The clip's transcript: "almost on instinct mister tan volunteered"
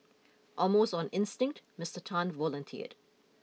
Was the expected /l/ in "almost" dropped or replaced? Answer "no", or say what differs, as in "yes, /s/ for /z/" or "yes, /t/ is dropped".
yes, /l/ is dropped